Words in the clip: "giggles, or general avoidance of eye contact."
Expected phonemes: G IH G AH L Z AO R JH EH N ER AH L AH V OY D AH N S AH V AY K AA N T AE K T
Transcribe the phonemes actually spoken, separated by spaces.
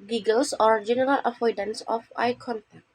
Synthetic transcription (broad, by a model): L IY G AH L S AO R JH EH N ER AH L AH F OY D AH N S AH F AY K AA N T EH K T